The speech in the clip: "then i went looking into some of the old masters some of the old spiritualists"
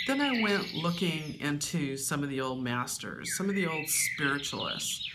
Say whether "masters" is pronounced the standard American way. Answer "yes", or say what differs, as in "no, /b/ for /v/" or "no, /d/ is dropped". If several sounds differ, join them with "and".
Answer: yes